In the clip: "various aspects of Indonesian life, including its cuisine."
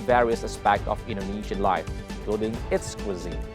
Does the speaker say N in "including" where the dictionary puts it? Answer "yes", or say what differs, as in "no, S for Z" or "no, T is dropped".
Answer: no, N is dropped